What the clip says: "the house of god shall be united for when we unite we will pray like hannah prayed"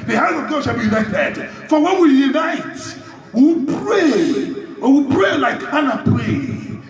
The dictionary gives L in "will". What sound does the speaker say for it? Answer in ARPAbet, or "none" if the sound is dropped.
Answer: N